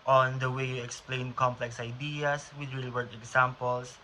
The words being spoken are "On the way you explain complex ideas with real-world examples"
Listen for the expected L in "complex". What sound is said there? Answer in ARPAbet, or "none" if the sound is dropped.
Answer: L